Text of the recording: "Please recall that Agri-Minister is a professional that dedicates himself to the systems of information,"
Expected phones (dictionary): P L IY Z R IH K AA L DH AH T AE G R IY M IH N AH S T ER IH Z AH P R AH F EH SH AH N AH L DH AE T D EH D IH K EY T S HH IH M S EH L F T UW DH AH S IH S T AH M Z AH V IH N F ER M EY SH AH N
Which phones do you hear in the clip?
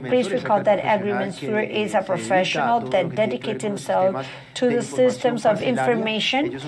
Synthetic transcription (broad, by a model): P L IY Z R IH K AA L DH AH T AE G R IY M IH N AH T IH Z AH P R AH F EH SH AH N AH L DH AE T D EH D IH K EY T S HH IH M S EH L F T UW DH AH S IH S T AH M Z AH V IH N F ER M EY SH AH N